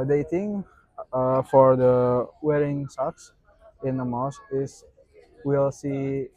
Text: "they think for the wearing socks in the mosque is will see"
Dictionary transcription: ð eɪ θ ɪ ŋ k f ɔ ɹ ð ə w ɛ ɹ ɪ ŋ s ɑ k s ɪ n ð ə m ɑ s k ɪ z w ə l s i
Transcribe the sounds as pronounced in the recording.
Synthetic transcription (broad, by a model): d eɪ t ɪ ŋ f ɔ ɹ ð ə w ɛ ɹ ɪ ŋ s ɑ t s ɪ n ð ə m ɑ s ɪ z w ə l s i